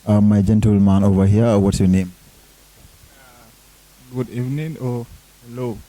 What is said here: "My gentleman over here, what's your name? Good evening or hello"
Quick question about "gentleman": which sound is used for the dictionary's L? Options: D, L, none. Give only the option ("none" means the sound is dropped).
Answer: L